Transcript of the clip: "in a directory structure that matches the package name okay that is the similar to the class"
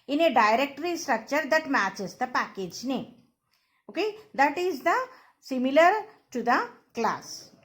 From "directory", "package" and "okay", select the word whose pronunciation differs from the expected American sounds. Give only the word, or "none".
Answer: none